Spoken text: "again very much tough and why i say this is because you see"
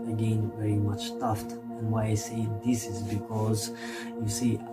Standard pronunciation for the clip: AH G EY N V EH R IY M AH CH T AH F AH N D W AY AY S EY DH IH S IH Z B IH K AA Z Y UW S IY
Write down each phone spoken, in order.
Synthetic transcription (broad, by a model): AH G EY N V EH R IY M AH CH T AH F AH N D W AY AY S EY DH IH S IH Z B IH K AA Z Y UW S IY